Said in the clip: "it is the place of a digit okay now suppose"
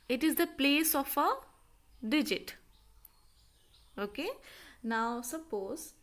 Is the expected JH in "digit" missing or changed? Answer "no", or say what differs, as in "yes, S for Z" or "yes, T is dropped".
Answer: no